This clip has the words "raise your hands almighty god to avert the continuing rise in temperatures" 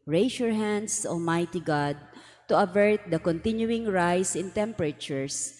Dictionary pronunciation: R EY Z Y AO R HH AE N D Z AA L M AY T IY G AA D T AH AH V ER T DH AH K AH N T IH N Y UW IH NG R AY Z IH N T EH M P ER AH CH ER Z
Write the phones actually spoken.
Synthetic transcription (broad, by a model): R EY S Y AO R HH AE N D S AA L M AY T IY G AA D T AH AH V ER T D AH K AH N T IH N Y UW IH NG R AY S IH N T EH M P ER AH CH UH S